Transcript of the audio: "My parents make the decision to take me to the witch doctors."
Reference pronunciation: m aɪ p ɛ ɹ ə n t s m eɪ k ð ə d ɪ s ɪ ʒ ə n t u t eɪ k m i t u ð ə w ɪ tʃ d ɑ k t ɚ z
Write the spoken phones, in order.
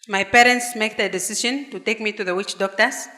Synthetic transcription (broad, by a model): m aɪ p ɛ ɹ ə n t s m eɪ k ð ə d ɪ s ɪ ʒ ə n t u t eɪ k m i t u ð ə w ɪ tʃ d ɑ k t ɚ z